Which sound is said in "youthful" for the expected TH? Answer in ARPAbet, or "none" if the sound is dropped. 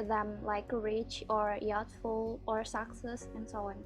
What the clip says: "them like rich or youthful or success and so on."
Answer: T